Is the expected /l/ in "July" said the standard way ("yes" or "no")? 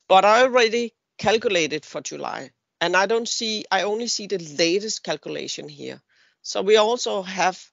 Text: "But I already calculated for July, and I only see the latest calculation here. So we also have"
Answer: no